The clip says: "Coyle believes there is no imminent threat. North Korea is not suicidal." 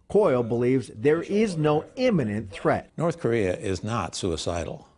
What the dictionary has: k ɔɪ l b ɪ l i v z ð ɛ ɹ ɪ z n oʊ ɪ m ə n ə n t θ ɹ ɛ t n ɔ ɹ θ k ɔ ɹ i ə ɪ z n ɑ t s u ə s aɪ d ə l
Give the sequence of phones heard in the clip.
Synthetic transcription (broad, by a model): k ɔɪ l b ɪ l i v z ð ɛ ɹ ɪ z n oʊ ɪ m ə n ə n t θ ɹ ɛ t n ɔ ɹ θ k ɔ ɹ i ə ɪ z n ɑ t s u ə s aɪ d l